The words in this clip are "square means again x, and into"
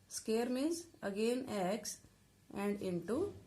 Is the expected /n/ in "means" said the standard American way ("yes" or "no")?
no